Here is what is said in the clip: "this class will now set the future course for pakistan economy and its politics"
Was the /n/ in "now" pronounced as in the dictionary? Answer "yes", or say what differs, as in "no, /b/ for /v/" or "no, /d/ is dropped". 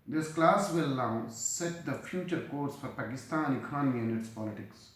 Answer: no, /l/ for /n/